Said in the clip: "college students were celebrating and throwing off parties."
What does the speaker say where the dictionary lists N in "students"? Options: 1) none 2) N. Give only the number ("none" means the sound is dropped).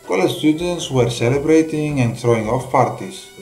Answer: 2